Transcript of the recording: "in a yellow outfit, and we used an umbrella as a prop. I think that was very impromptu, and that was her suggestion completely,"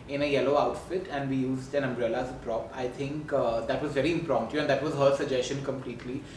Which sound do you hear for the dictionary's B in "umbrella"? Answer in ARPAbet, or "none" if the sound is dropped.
B